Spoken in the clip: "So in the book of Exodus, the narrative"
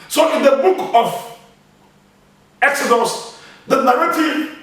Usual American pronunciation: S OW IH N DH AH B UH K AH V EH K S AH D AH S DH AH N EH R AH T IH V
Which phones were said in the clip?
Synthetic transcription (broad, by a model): S OW IH N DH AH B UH K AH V EH K S AH D AH S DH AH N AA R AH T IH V